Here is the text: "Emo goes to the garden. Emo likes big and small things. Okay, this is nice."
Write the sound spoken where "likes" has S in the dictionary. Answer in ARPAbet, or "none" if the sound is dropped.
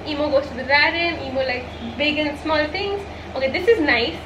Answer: none